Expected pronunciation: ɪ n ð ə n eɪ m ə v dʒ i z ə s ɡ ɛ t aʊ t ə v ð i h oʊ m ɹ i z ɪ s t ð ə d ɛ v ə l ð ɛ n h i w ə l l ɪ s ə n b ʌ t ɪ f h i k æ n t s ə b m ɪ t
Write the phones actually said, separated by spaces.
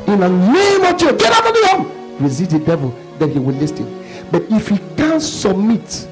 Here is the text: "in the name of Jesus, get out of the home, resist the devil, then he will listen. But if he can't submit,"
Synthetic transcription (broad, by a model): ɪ n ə n eɪ m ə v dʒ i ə ɡ ɛ t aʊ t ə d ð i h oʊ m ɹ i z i t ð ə d ɛ v ə l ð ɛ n h i w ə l l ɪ s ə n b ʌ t ɪ f h i k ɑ n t s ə b m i t